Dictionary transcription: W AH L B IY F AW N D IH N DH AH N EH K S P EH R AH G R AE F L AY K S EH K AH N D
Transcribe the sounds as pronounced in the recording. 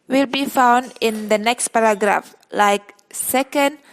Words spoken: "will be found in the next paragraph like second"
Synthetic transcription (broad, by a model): W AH L B IY F AW N D IH N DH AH N EH K S P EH R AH G R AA F L AY K S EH K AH N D